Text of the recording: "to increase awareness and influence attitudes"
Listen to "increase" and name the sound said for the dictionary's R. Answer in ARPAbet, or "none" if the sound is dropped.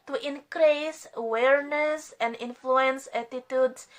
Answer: R